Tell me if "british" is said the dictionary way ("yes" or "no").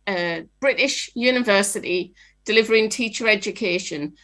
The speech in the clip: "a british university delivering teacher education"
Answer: yes